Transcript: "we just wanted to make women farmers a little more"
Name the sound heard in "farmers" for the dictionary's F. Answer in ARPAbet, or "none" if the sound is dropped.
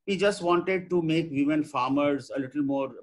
F